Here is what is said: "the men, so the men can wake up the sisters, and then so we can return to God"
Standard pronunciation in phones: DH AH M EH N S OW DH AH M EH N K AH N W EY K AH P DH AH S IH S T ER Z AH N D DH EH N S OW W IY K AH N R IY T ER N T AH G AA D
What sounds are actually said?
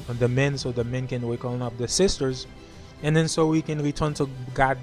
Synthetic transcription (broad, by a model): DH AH M EH N S OW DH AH M EH N K AH N W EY K AH P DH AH S IH S T ER Z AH N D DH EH N S OW W IY K AH N R IY T ER N T AH G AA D